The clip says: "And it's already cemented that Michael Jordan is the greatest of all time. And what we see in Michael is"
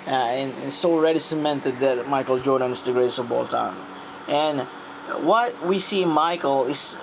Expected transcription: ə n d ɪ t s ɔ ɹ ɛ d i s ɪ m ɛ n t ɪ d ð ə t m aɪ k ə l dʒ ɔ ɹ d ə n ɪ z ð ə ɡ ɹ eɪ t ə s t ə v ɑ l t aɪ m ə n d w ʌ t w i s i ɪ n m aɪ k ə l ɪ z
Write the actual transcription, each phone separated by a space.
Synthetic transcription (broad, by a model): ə n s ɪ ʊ ɹ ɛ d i s ɪ m ɛ n t ɪ d ð ə t m aɪ k l dʒ ɔ ɹ d ə n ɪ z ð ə ɡ ɹ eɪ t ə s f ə b ɑ l t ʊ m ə n w ʌ t w i s i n m aɪ k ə l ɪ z